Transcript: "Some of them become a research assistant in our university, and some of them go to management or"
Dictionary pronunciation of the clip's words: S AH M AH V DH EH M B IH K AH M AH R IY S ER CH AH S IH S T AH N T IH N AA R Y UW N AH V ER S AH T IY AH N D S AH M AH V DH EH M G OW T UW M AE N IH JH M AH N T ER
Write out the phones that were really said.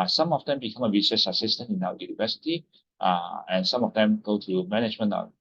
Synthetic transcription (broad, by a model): S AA M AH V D EH M B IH K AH M AH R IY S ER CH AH S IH S T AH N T IH N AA W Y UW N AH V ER S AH T IY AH N S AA M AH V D EH M G OW T UW M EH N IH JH M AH N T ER